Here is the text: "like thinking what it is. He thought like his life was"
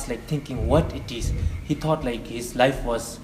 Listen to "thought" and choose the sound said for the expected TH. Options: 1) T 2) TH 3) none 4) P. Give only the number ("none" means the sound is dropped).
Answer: 1